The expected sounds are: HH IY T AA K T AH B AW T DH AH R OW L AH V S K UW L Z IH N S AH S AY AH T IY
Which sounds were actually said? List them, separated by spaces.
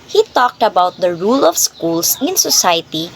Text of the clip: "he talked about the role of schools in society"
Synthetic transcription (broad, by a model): HH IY T AA K T AH B AW T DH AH R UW L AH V S K UW L S IH N S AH S AY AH T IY